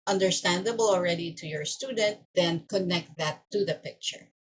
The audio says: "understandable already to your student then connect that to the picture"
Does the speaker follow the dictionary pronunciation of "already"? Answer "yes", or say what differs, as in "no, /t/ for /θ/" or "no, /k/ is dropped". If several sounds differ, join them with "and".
yes